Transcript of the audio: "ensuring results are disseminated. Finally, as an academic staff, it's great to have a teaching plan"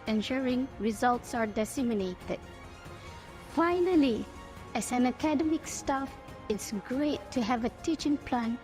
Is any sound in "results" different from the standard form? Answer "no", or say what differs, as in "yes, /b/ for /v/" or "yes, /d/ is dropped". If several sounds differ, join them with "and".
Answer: no